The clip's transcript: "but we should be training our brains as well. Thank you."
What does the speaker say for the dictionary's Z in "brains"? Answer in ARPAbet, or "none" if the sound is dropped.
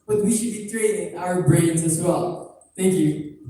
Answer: Z